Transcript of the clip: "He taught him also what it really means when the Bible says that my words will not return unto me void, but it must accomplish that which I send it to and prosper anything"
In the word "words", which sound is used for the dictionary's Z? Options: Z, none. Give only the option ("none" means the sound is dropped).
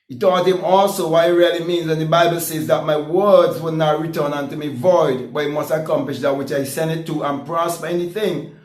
Z